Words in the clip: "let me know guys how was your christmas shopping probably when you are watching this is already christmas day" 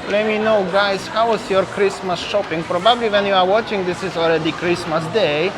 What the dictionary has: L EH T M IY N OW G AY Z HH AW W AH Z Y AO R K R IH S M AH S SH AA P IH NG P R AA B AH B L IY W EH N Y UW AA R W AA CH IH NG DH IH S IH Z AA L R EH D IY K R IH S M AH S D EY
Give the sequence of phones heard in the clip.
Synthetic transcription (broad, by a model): L EH T M IY N OW G AY S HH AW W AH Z Y AO R K R IH S M AH S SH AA P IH NG P R AA B AH B L IY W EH N Y UW AA R W AA CH IH NG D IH S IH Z AA L R EH D IY K R IH S M AH S D EY